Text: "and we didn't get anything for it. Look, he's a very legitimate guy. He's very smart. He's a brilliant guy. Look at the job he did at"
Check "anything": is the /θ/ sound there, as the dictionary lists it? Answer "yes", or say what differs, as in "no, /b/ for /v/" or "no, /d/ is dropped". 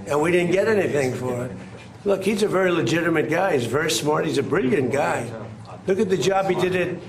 yes